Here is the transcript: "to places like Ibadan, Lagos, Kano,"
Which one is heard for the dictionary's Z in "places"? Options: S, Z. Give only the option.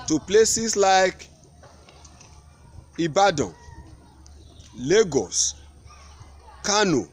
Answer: S